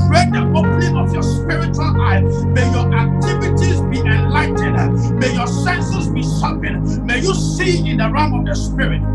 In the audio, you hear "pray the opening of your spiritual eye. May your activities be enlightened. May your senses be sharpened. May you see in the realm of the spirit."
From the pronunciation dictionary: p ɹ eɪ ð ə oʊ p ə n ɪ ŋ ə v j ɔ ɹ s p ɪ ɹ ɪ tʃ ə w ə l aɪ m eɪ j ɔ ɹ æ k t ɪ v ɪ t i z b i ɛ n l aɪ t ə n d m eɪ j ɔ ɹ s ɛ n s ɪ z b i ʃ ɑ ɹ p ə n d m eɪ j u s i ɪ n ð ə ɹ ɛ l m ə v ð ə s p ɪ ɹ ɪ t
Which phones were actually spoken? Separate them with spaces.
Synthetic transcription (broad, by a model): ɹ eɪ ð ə oʊ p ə n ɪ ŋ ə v j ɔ s p ɪ ɹ ɪ tʃ ə w ə l aɪ m eɪ j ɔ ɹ æ k t ɪ v ɪ t i z b i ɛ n l aɪ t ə d m eɪ j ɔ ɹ s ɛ n s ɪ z b i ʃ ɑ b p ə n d m eɪ j u s i ɪ n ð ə ɹ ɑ m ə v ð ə s p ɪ ɹ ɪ t